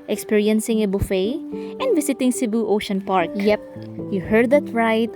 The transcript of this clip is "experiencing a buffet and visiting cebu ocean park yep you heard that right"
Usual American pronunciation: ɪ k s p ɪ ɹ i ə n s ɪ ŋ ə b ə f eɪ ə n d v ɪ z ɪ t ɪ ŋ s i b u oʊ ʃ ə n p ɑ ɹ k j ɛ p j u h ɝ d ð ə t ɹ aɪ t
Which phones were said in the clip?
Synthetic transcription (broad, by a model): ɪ k s p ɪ ɹ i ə n s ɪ ŋ ə b ə f eɪ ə n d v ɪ s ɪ t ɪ ŋ s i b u oʊ ʃ ə n p ɑ ɹ k j ɛ p j u h ɝ d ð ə t ɹ aɪ t